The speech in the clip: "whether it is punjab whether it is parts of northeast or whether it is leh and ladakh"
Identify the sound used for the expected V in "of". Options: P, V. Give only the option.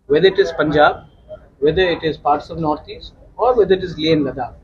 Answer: V